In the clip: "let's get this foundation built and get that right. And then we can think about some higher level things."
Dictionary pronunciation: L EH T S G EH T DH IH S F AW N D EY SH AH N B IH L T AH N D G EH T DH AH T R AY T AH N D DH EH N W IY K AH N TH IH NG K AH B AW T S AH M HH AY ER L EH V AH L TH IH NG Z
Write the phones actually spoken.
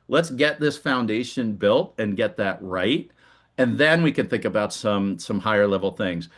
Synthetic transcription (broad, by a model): L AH T S G EH T DH IH S F AW N D EY SH AH N B IH L T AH N G EH T DH AH T R AY T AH N DH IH N W IY K AH N TH IH NG K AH B AW T S AH M HH AY ER L EH V L TH IH NG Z